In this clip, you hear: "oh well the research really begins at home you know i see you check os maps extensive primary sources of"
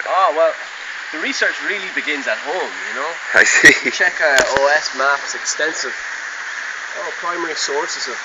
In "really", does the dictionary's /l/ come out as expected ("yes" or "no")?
yes